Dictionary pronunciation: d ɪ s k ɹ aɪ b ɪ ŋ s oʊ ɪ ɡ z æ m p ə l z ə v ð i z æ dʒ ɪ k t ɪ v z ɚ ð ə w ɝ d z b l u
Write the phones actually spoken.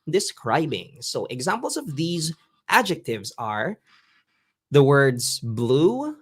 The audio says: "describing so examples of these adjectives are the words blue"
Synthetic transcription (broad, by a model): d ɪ s k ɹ aɪ b ɪ ŋ s oʊ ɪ ɡ z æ m p l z ə v ð i z æ dʒ ɪ k t ɪ v z ɚ ð ə w ɝ d z b l u